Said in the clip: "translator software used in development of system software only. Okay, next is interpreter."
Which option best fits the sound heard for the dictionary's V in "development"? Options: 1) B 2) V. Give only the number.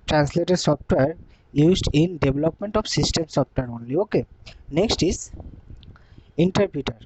1